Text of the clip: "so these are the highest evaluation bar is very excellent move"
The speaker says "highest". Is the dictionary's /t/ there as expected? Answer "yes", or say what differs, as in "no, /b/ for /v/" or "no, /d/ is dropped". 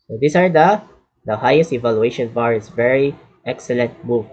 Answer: yes